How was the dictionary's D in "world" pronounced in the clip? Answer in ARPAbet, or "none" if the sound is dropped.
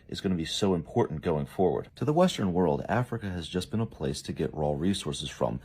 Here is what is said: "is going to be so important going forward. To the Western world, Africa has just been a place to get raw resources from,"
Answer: D